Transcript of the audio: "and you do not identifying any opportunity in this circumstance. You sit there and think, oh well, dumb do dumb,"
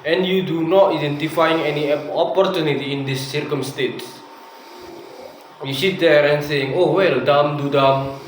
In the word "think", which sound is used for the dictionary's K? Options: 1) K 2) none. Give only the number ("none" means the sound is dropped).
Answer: 2